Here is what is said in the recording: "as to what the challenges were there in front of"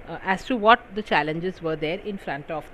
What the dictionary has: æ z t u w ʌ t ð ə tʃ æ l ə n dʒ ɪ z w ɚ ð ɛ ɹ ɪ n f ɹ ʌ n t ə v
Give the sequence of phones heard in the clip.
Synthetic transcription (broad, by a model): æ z t u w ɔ t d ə tʃ æ l ə n dʒ ɪ z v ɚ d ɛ ɹ ɪ n f ɹ ʌ n t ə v